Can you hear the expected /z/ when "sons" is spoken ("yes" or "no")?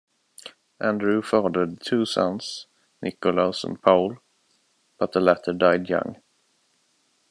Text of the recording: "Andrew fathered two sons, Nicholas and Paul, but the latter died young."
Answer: no